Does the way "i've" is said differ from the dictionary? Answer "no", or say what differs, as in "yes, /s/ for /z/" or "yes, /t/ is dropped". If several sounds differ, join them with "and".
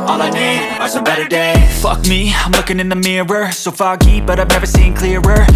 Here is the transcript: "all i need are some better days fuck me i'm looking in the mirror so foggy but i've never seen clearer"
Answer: no